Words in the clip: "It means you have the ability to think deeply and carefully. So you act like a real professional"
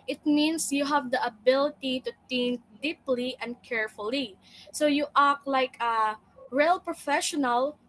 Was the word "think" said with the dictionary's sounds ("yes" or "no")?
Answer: no